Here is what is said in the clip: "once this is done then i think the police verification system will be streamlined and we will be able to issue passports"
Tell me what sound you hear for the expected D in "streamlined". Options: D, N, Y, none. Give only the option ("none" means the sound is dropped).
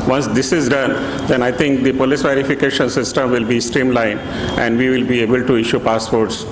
none